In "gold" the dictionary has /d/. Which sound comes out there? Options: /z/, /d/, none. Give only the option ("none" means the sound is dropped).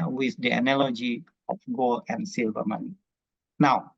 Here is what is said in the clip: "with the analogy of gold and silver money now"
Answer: none